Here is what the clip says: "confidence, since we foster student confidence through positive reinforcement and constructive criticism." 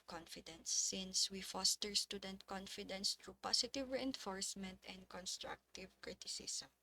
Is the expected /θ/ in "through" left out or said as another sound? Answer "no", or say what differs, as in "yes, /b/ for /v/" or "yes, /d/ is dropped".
yes, /t/ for /θ/